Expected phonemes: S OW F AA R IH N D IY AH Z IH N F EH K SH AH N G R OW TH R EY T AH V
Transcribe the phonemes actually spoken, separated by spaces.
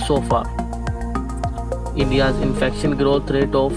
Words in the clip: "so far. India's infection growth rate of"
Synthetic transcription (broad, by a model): S OW F AA R IH N D IY AH Z IH N F EH K SH AH N G R OW T R EY T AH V